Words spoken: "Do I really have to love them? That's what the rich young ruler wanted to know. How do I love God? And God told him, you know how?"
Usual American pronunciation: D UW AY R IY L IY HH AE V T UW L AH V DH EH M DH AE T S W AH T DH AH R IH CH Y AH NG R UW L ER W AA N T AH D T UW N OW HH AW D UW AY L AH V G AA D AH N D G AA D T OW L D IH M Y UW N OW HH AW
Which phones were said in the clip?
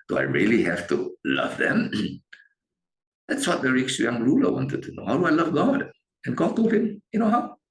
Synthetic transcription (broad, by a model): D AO AY R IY L IY HH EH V T UW L AH V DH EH M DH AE T S W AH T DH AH R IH S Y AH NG R UW L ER W AA N T AH D T UW N OW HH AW D UW AY L AH V G AA D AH N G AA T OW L IH M Y UW N OW HH AW